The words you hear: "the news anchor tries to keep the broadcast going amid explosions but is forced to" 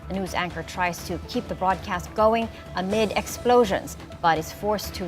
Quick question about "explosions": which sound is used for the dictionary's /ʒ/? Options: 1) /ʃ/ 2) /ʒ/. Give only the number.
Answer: 2